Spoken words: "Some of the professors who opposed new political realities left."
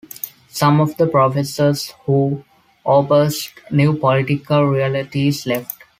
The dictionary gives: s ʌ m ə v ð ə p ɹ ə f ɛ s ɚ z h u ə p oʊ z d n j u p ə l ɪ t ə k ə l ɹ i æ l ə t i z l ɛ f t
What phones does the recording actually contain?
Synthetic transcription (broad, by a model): s ʌ m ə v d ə p ɹ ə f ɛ s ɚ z h u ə b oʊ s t n j u p ə l ɪ t ə k ə l ɹ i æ l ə t i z l ɛ f t